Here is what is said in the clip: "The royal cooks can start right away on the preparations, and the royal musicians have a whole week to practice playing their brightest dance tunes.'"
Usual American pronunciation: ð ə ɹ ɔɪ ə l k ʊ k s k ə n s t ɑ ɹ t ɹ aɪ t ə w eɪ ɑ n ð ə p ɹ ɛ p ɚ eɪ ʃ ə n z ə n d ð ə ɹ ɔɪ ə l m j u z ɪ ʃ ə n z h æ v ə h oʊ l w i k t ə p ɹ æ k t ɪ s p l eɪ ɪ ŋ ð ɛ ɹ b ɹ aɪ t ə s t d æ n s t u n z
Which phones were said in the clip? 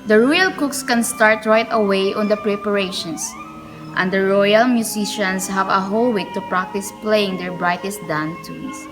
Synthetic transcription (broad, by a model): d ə ɹ ɔɪ ə l k ʊ k s k ə n s t ɑ ɹ t ɹ aɪ t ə w eɪ ɑ n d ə p ɹ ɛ p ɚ eɪ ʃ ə n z ə n d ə ɹ ɔɪ ə l m j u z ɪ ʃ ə n s h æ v ə h oʊ l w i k t ə p ɹ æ k t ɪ s p l eɪ ɪ ŋ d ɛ ɹ b ɹ aɪ t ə s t d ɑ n t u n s